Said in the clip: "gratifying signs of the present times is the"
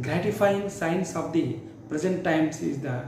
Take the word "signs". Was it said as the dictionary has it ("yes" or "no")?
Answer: no